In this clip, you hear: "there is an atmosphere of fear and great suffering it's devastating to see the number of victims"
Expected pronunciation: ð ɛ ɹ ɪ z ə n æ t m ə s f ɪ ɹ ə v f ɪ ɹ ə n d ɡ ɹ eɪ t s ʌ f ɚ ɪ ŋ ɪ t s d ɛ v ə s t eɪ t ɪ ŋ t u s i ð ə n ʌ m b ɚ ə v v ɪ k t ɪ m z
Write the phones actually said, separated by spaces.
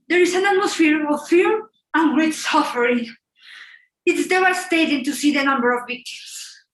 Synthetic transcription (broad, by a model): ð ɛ ɹ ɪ s ə n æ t m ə s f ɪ ɹ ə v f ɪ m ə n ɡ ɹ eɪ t s ʌ f ɚ ɪ ŋ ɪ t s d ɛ ə s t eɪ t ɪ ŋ t u s i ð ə n ʌ m b ɚ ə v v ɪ k t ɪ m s